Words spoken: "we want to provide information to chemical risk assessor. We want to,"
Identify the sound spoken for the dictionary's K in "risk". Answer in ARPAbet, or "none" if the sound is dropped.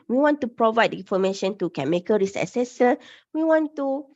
none